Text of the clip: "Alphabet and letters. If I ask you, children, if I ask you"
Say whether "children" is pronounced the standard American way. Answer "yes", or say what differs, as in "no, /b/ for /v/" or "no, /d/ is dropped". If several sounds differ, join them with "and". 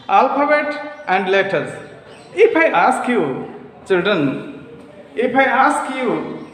no, /ɹ/ is dropped